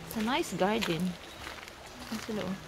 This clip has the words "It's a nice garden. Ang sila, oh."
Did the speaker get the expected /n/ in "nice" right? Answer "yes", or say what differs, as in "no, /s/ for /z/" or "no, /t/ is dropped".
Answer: yes